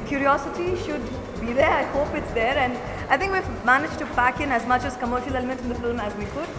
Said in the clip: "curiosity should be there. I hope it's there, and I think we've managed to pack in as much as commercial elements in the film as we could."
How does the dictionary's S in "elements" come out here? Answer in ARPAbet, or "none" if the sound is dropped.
none